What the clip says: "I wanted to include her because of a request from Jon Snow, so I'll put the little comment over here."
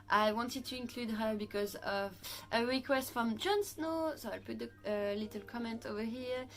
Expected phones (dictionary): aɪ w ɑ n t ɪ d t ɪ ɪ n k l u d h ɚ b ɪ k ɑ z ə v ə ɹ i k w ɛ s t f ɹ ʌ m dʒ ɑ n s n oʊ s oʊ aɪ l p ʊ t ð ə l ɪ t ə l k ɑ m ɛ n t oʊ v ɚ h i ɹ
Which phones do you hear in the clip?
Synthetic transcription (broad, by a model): aɪ w ɑ n t ɪ d t ɪ ɪ n k l u d h ɚ b ɪ k ɑ z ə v ə ɹ i k w ɛ s t f ɹ ʌ m dʒ ɑ n s n oʊ s oʊ aɪ l p ʊ t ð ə l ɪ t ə l k ɑ m ɛ n t oʊ v ɚ h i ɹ